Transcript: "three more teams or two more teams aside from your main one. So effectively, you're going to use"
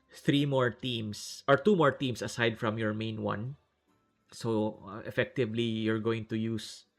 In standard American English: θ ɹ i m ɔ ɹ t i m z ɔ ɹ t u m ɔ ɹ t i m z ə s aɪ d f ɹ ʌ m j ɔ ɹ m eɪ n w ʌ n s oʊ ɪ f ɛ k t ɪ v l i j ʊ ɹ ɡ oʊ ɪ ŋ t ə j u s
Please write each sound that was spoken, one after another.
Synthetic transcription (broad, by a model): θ ɹ i m ɔ ɹ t i m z ɔ ɹ t u m ɔ ɹ t i m s ə s aɪ d f ɹ ʌ m j ɔ ɹ m eɪ n w ʌ n s oʊ ɪ f ɛ k t ɪ v l i j ʊ ɹ ɡ oʊ ɪ ŋ t ə j u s